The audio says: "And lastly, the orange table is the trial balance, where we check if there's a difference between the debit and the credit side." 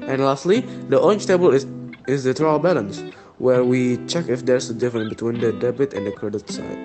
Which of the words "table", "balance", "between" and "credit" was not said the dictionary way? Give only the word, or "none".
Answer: none